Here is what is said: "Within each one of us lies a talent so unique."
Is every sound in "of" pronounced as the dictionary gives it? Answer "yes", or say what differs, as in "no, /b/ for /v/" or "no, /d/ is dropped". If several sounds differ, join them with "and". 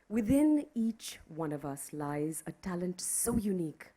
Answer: yes